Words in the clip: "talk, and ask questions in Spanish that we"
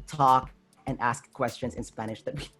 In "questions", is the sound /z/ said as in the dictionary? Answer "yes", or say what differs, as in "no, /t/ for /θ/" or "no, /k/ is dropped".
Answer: yes